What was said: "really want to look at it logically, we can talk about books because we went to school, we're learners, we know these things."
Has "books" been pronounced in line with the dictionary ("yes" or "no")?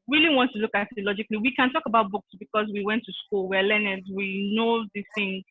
yes